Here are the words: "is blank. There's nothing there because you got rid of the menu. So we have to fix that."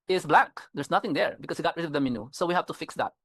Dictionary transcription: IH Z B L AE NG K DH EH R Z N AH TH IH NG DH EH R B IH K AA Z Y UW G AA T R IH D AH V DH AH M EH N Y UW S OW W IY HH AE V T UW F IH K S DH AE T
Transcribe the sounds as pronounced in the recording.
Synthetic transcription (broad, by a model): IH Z B L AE K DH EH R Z N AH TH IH NG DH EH R B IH K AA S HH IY G AA T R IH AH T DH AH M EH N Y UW S OW W IY HH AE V T UW F IH K S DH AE T